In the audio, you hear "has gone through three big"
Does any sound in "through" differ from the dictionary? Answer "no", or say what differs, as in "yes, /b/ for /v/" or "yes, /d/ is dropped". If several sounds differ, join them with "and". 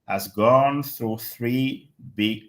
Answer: no